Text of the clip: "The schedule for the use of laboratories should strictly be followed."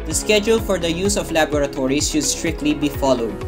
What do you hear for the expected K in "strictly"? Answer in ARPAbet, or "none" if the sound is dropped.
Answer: K